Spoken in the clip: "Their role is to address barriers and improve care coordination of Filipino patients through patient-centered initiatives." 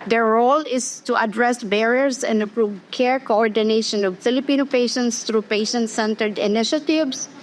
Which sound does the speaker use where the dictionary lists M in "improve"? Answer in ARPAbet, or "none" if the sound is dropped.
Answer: none